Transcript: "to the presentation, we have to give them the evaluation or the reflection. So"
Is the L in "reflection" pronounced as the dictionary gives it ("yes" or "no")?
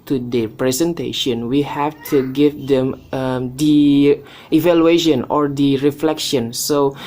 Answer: yes